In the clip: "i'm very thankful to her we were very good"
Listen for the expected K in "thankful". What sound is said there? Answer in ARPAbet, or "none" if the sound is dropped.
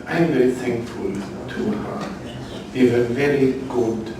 K